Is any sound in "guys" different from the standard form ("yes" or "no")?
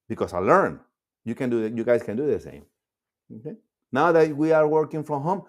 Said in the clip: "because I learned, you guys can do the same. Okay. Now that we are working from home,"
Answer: yes